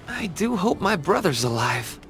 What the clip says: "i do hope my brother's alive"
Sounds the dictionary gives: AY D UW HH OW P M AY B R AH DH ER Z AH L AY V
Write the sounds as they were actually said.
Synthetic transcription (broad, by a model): AY D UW HH OW P M AY B R AH DH ER Z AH L AY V